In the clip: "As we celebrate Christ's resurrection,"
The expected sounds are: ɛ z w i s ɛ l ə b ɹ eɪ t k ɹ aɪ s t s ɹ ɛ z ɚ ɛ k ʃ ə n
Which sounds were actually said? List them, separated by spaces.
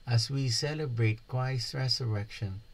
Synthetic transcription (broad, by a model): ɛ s w i s ɛ l ə b ɹ eɪ t k w aɪ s s ɹ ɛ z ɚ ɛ k ʃ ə n